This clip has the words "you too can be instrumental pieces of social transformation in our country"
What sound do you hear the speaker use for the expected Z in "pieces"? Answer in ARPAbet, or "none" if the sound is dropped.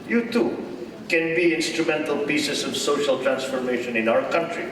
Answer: S